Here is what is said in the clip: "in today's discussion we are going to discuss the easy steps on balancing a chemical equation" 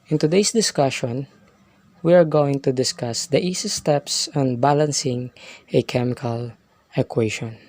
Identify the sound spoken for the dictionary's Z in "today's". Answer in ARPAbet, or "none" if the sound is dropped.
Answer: S